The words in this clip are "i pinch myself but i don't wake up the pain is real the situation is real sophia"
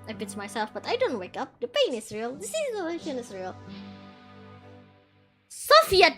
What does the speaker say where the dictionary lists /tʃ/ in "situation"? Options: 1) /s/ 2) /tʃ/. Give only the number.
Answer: 1